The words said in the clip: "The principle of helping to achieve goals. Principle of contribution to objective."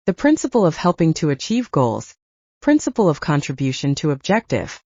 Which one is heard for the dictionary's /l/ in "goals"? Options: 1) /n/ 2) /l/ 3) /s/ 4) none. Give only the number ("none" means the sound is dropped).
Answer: 2